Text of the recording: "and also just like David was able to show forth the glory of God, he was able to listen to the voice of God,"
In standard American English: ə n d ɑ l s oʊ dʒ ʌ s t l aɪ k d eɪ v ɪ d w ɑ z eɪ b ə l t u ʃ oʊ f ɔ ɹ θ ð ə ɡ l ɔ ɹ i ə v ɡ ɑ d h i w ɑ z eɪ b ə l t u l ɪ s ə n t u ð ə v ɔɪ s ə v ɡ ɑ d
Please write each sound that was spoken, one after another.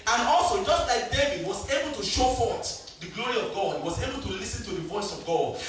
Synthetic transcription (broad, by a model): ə n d ɑ l s oʊ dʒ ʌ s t l aɪ k d eɪ v ɪ d w ɑ z eɪ b ə l t u ʃ oʊ f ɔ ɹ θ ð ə ɡ l ɔ ɹ i ə v ɡ ɑ d h i w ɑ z eɪ b ə l t u l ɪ s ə n t u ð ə v ɔɪ s ə v ɡ ɑ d